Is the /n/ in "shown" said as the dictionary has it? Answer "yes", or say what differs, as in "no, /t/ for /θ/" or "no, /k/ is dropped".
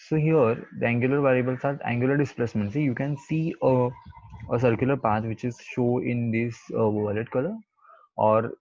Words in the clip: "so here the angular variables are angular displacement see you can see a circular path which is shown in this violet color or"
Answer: no, /n/ is dropped